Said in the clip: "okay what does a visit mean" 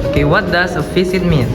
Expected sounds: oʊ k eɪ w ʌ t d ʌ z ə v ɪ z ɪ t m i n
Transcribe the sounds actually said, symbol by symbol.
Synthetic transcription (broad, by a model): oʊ k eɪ w ʌ t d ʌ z ə f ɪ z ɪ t m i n